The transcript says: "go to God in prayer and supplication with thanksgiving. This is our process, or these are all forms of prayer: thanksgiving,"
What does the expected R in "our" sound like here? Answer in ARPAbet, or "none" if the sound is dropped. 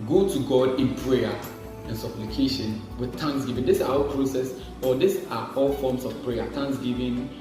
L